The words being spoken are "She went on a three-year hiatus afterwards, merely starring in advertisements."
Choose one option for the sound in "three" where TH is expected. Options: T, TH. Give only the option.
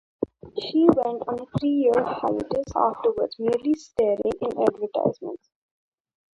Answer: T